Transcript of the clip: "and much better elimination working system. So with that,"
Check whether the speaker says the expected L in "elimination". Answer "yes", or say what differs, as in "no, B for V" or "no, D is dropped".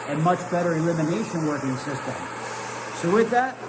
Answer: yes